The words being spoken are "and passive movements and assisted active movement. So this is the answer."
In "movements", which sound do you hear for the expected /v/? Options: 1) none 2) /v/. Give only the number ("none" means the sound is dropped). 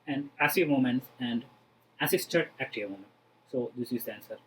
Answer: 1